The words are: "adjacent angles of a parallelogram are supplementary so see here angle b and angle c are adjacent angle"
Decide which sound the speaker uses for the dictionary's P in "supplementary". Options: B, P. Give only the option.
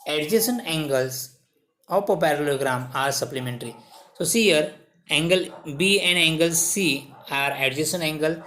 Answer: P